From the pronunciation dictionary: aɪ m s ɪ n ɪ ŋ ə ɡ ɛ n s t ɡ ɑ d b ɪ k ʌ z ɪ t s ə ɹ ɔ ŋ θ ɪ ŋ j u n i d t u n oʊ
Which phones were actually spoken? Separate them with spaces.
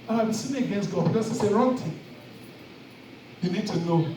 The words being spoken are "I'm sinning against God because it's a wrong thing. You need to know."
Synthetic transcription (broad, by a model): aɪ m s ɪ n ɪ ə ɡ ɛ n s t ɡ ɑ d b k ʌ s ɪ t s ə ɹ ɔ ŋ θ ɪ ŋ j u n i d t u n oʊ